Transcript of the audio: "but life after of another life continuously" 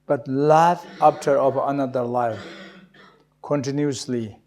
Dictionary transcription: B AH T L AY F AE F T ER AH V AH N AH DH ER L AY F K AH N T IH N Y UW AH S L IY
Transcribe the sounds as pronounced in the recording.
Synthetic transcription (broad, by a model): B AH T L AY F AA P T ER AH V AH N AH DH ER L AY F K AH N T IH N Y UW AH S L IY